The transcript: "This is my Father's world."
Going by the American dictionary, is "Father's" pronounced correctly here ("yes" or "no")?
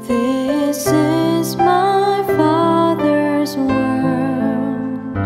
yes